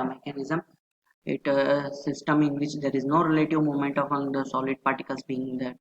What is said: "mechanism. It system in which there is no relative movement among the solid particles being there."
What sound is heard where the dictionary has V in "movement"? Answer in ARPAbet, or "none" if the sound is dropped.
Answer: none